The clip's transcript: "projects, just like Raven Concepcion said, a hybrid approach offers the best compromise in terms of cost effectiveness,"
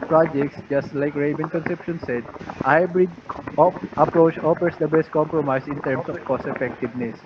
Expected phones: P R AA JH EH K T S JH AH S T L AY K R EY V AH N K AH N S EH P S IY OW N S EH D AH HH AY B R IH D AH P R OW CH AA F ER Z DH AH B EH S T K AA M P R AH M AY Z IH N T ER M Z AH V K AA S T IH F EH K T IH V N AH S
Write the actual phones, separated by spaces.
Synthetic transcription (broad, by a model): P R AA JH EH K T S JH AH S T L AY K R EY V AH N K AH N S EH P SH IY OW N S EH D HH AY B R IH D AH P R OW CH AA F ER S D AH B EH S T K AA M P R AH M AY S IH N T ER M S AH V K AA S IH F EH K T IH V N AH S